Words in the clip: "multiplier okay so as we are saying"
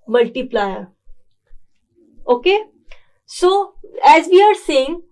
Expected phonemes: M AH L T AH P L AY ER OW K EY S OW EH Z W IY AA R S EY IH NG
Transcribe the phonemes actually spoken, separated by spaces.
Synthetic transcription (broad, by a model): M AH L T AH P L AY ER OW K EY S OW EH Z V IY AA R S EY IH NG